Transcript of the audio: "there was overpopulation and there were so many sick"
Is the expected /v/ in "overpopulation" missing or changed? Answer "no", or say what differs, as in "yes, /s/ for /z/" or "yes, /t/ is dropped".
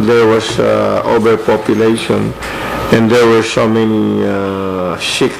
yes, /b/ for /v/